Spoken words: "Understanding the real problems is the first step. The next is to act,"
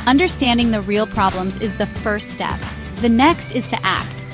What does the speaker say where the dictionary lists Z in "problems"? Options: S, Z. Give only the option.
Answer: Z